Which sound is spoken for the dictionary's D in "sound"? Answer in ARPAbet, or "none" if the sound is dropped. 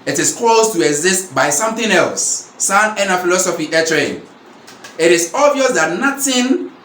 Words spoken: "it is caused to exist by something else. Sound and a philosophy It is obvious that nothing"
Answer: none